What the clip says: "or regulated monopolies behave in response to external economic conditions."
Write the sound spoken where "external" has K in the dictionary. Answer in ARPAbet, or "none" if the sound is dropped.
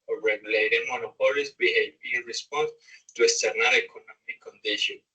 none